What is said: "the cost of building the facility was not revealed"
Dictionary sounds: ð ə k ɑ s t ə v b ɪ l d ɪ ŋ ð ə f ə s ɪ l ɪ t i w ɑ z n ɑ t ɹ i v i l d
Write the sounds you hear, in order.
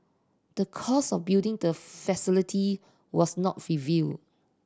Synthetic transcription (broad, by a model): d ə k ɑ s ə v b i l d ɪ ŋ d ə f ə s ɪ l ɪ t i w ɑ s n ɑ t ɹ i v i l d